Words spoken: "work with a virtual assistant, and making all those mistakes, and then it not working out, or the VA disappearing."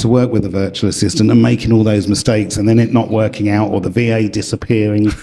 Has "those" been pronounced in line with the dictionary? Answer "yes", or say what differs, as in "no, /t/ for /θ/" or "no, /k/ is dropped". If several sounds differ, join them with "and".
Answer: yes